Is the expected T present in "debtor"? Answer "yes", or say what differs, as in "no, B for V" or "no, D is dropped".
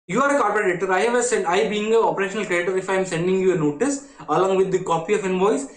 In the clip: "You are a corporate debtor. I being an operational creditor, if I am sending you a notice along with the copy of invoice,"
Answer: no, S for T